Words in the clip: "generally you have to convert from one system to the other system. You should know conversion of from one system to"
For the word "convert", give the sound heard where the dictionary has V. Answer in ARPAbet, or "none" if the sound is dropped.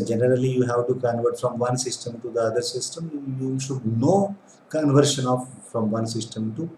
V